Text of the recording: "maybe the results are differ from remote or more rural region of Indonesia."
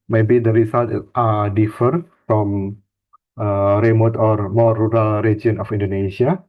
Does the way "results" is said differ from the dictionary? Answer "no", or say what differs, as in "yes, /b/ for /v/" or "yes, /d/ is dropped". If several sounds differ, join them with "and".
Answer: yes, /s/ is dropped